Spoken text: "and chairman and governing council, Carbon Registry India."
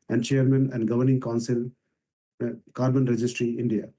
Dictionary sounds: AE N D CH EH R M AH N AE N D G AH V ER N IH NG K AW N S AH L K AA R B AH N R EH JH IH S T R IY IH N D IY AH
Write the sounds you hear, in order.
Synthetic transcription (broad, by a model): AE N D CH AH R M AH N AE N D G AH V ER N IH NG K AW N S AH L K AA R B AH N R EH JH IH S T R IY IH N D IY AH